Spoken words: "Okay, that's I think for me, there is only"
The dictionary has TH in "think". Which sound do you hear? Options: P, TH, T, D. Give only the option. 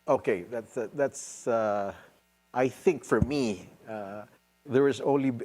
TH